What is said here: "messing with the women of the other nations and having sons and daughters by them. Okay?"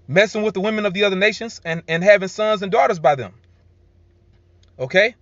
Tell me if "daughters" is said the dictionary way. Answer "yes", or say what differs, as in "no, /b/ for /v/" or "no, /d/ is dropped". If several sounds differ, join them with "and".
yes